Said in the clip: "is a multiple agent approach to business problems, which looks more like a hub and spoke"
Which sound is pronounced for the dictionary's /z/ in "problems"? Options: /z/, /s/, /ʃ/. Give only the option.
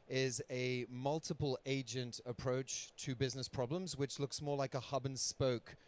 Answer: /z/